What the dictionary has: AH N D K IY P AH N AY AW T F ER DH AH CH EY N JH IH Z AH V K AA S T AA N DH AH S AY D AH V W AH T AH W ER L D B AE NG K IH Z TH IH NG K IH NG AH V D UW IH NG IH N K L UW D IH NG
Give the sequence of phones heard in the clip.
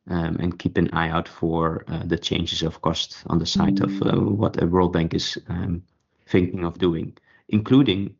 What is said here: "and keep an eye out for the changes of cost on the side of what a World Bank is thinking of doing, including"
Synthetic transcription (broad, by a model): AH N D K IY P AH N AY AW T F ER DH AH CH EY N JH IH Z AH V K AA S T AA N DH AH S AY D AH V W AH T AH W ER L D B AE NG K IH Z TH IH NG K IH NG AH V D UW IH NG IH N K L UW D IH NG